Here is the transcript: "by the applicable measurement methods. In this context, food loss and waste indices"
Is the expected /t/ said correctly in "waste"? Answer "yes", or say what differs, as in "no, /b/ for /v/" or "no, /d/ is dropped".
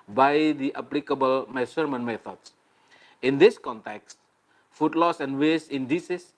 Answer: no, /t/ is dropped